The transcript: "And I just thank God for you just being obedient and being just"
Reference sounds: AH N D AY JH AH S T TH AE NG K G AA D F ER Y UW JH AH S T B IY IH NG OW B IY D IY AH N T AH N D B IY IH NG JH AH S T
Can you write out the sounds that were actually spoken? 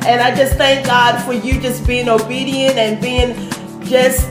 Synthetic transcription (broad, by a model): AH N AY JH AH S TH AE NG K G AA D F ER Y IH JH AH S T B IY IH NG OW B IY D IY AH N T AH N B IY IH NG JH AH S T